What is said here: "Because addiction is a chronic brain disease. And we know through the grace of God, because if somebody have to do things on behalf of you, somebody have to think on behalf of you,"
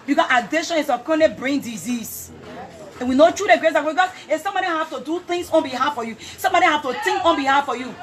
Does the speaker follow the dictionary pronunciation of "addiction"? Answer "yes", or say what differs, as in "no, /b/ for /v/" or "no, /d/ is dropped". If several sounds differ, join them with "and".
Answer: no, /k/ is dropped